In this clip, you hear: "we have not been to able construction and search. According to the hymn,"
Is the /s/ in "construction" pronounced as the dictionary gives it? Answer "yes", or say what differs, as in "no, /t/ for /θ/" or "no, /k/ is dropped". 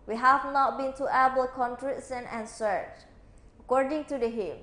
no, /s/ is dropped